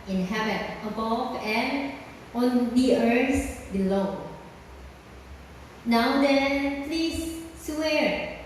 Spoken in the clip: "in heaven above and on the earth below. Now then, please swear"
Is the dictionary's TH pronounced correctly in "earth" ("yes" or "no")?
no